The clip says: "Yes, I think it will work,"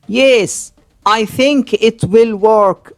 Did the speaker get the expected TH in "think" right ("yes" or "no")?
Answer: yes